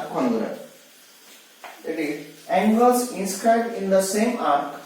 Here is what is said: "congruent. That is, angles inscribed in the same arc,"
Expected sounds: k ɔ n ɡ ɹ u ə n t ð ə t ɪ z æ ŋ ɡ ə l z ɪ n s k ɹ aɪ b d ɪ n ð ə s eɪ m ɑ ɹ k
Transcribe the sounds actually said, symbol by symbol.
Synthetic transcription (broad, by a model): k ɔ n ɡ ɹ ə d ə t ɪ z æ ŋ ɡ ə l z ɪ n s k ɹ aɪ d ɪ n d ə s eɪ m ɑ ɹ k